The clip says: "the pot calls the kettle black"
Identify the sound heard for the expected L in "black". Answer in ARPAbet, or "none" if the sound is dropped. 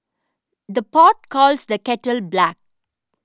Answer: L